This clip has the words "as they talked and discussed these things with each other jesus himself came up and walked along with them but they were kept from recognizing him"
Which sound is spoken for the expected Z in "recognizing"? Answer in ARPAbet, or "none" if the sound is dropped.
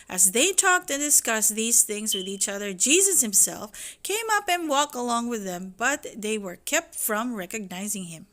Z